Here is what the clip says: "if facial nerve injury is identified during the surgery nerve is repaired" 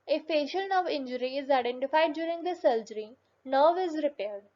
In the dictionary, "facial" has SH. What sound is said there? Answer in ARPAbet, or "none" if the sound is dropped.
SH